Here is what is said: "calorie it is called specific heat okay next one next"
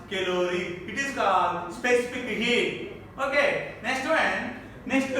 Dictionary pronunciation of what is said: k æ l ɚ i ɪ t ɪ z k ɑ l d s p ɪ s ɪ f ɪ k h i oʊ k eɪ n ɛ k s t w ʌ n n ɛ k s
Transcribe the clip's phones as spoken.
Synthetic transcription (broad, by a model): k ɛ l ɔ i ɪ t ɪ z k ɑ d s p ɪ s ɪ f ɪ k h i oʊ k eɪ n ɛ k s t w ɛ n n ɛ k s